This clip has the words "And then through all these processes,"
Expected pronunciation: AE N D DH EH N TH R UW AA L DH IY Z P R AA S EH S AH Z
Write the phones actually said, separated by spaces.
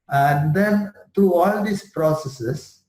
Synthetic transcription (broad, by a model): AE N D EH N T R UW AA L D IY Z P R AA S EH S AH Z